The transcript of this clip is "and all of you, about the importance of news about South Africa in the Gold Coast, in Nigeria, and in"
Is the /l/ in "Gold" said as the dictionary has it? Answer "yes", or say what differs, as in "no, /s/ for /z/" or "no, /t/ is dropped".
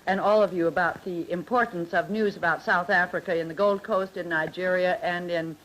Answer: yes